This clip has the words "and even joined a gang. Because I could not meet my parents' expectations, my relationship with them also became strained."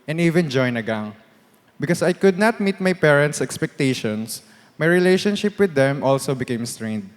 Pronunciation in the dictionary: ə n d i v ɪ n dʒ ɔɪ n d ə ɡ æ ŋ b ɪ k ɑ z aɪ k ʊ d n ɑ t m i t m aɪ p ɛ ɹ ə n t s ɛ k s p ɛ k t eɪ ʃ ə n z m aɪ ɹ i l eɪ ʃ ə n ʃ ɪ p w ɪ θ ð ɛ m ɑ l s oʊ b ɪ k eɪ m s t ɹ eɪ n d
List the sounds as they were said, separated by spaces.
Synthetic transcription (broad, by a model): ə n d i v ɪ n dʒ ɔɪ n ə ɡ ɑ ŋ b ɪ k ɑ s aɪ k ʊ d n ɑ t m i t m aɪ p ɛ ɹ ə n t s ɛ k s p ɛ k t eɪ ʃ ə n s m aɪ ɹ i l eɪ ʃ ə n ʃ ɪ p w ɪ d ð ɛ m ɑ l s oʊ b ɪ k eɪ m s t ɹ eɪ n d